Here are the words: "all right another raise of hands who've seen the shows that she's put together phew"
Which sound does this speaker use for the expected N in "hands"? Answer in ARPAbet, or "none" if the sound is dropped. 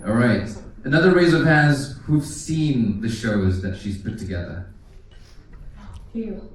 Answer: none